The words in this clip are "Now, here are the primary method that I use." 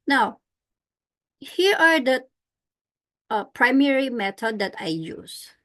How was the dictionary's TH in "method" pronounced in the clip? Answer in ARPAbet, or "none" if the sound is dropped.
T